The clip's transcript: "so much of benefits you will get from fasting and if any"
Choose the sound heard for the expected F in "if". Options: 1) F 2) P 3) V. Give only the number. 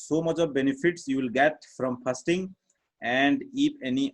2